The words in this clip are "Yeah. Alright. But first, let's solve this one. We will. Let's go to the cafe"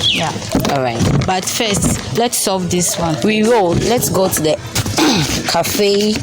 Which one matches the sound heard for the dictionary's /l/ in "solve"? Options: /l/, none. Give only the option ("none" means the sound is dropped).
none